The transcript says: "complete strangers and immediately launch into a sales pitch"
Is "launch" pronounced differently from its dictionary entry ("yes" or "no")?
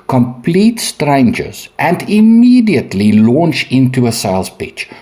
no